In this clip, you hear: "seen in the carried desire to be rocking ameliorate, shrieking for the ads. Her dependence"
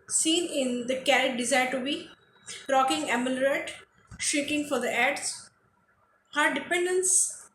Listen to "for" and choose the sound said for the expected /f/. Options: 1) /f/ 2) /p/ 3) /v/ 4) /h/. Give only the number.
1